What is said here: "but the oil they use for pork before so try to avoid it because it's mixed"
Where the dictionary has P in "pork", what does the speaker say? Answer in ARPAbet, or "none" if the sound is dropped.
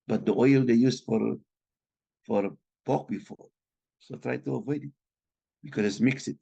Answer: F